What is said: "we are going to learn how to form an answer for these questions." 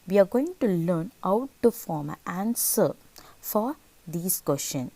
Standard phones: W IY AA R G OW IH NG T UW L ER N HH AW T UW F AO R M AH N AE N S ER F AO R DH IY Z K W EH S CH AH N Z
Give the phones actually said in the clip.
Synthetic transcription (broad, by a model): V IY AA R G OW IH NG T UW L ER N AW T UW F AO M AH AE N S ER F AO R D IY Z K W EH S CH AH N